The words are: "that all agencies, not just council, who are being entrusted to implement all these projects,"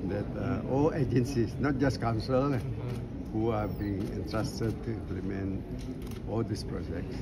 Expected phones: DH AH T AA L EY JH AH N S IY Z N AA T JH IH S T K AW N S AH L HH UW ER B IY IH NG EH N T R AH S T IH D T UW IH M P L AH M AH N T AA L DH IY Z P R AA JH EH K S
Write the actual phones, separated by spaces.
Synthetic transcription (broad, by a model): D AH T AA L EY JH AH N S IY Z N AA T JH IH S K AW N S AH L HH UW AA B IY IH NG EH N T R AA S T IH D T UW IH M P L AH M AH N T AA L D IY S P R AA JH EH K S